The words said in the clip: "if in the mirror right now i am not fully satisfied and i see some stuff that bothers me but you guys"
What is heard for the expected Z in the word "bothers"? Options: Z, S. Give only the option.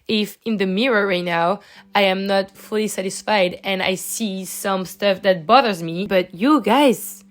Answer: Z